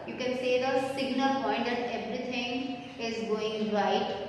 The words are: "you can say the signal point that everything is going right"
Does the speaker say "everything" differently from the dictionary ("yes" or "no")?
yes